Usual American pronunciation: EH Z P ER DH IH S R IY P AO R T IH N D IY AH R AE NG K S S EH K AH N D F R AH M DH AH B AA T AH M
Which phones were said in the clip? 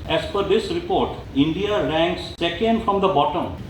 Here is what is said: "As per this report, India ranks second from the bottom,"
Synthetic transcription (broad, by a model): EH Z F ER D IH S R IY P AO R T IH N D IY AH R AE NG K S S EH K AH N D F R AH M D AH B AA T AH M